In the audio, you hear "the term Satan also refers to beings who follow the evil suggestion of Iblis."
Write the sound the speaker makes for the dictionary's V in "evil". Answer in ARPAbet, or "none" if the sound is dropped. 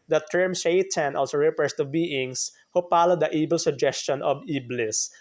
B